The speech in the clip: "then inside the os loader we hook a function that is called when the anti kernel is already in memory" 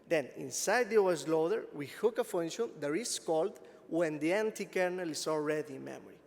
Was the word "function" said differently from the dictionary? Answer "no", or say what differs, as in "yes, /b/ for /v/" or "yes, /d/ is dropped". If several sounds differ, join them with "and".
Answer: yes, /k/ is dropped